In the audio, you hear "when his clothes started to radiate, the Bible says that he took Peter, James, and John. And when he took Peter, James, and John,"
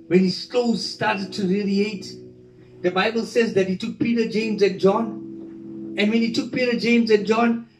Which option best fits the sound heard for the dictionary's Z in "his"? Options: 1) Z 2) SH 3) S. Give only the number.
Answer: 3